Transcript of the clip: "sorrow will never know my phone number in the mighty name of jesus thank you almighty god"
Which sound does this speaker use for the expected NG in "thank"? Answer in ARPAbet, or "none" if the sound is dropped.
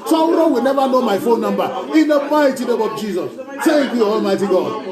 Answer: none